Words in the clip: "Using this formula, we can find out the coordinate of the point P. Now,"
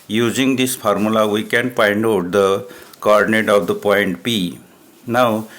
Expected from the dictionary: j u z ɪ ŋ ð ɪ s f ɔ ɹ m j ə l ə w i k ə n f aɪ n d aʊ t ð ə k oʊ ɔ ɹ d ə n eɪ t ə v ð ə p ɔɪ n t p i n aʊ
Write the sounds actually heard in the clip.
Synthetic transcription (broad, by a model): j u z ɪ ŋ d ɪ s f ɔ ɹ m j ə l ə w i k ə n p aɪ n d aʊ t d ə k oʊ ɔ ɹ d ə n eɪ t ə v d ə p ɔɪ n t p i n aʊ